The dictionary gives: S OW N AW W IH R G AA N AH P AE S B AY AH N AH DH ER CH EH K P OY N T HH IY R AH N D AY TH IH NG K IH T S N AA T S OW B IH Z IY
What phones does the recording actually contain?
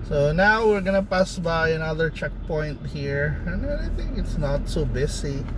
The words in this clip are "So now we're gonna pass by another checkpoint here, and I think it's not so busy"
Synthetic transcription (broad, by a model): S OW N AW W IH R G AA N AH P AE S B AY AH N AH DH ER CH EH K P OY N T HH IY R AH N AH AY TH IH NG K IH T S N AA T S OW B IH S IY